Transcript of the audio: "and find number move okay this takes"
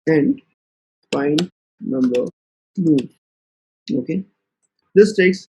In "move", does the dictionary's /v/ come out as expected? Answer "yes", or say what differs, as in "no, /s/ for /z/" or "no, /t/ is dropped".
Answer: no, /v/ is dropped